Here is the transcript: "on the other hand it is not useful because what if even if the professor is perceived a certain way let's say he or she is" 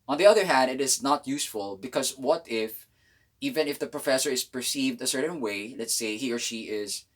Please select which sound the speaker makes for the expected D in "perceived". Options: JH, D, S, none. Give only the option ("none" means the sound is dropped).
D